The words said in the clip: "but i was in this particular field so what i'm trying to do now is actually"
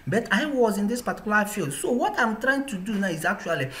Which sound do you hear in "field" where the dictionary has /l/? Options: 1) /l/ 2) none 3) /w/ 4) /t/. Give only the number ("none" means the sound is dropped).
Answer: 1